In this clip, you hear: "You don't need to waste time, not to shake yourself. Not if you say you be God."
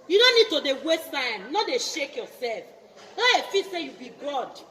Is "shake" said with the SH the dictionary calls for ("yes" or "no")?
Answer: yes